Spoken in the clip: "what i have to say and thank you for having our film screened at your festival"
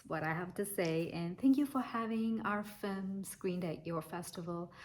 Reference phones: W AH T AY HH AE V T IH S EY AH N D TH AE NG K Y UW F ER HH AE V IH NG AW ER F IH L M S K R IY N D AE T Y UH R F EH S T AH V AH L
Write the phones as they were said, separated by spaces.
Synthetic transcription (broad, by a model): W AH T AY HH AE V T IH S EY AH N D TH AE NG K Y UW F ER HH AE V IH NG AW ER F IH L M S K R IY N D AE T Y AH R F EH S T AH V L